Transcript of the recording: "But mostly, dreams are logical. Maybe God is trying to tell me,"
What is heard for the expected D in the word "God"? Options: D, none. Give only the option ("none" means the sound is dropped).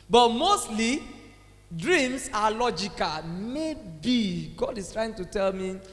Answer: D